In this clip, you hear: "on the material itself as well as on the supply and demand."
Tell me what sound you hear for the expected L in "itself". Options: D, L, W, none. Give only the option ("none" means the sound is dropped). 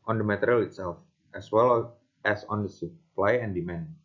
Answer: L